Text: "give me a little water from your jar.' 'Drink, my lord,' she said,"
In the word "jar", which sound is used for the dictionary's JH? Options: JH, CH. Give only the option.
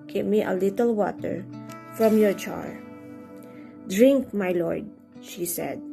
CH